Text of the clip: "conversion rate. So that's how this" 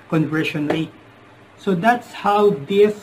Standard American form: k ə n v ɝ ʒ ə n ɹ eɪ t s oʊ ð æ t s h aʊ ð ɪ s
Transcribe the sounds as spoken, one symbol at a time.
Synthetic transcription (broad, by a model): k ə n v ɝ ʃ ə n l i s oʊ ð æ t s h aʊ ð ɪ s